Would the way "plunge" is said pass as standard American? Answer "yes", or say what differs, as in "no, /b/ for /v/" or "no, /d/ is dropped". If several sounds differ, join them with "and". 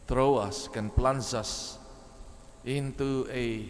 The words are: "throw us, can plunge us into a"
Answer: no, /z/ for /dʒ/